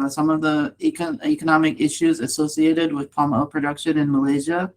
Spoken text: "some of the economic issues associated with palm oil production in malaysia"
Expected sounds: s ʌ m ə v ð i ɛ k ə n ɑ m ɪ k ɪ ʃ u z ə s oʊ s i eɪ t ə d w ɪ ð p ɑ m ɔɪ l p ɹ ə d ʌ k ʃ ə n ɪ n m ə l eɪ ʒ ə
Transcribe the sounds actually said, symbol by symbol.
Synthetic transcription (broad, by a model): s ʌ m ə v ð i ɛ k ə n ɑ m ɪ k ɪ ʃ u z ə s oʊ s i eɪ t ə d w ɪ ð p ɑ m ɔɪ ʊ p ɹ ə d ʌ k ʃ ə n ɪ n m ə l eɪ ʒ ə